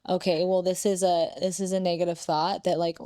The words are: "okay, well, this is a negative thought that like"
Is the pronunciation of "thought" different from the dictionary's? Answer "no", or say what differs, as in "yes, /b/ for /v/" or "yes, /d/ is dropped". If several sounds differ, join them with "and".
no